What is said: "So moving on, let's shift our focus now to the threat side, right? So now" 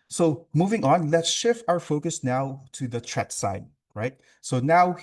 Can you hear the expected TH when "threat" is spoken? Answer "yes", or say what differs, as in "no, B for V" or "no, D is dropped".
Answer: no, T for TH